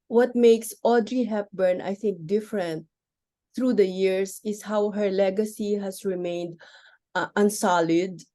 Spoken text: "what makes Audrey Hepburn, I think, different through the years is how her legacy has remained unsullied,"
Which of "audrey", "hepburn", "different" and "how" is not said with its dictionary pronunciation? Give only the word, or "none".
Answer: none